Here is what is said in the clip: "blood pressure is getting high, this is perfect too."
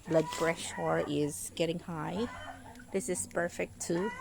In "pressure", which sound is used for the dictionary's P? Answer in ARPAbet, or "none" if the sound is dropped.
B